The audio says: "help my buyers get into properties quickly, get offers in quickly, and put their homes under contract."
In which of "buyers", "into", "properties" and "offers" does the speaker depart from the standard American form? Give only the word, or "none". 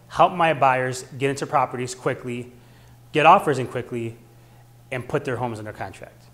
none